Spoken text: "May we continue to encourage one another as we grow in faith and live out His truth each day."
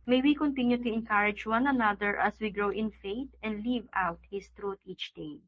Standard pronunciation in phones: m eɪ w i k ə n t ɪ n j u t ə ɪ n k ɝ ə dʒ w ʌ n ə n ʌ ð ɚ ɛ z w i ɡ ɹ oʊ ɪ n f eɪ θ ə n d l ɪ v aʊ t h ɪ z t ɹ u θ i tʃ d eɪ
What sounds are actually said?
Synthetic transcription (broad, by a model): m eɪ w i k ə n t ɪ n j u t ə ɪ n k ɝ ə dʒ w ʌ n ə n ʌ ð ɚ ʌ s w i ɡ ɹ oʊ ɪ n f eɪ t ə n d l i v aʊ t h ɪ s t ɹ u t i tʃ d eɪ